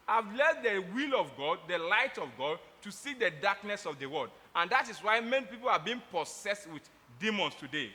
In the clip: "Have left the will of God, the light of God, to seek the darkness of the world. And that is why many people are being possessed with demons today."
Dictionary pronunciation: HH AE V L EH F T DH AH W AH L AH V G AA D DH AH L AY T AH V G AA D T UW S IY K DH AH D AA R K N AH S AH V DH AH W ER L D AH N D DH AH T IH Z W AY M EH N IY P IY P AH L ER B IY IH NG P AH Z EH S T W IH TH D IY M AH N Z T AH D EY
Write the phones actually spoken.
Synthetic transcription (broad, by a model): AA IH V L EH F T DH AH W AH L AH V G AA D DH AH L AY T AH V G AA D T UW S IY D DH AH D AA K N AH S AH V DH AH W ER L D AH N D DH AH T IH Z W AY M EH N IY P IY P AH L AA B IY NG P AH S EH S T W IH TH D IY M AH N S T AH D EY